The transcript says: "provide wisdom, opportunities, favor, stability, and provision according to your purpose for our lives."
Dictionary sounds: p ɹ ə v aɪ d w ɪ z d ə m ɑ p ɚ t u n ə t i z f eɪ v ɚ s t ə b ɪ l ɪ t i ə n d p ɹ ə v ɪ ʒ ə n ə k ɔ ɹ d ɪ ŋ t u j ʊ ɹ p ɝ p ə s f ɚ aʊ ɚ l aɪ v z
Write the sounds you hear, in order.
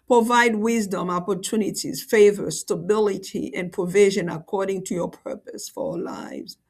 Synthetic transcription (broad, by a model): p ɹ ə v aɪ d w ɪ z d ə m ɑ p ɚ t u n ə t i z f eɪ v ɚ s t ə b ɪ l ɪ t i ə n p ɹ ə v ɪ ʒ ə n ə k ɔ ɹ d ɪ ŋ t u j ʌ ɹ p ɝ p ə s f ɚ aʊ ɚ l aɪ v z